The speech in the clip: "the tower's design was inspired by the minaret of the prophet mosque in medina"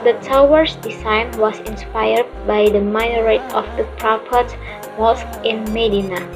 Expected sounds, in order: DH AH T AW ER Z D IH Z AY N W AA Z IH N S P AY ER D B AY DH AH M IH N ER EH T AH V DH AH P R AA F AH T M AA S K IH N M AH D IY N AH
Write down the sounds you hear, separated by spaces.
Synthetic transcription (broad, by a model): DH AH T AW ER S D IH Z AY N W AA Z IH N S P AY ER D B AY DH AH M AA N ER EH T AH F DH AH P R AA P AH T M AA S K IH N M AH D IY N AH